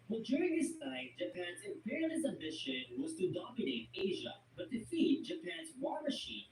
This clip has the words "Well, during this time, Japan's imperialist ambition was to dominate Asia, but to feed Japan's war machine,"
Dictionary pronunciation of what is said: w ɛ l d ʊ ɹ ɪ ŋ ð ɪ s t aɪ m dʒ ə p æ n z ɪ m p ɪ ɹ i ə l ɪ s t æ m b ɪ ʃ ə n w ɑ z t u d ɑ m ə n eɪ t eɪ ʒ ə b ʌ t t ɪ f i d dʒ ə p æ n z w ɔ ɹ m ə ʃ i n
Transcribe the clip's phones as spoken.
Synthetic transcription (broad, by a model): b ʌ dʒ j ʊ ɹ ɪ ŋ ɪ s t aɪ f dʒ ə p æ n z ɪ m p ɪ ɹ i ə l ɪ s æ m b ɪ ʃ ə n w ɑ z t u d ɑ m ə n eɪ t eɪ ʒ ə b ʌ t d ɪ f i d dʒ ə p æ n z w ɔ ɹ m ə ʃ i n